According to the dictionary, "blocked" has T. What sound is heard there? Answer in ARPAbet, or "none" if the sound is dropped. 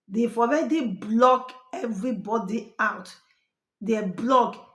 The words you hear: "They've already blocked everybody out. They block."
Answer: none